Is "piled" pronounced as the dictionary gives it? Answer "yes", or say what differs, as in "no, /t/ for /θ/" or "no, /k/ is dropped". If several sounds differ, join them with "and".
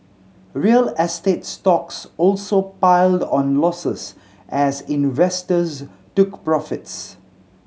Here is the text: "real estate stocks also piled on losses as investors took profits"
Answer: yes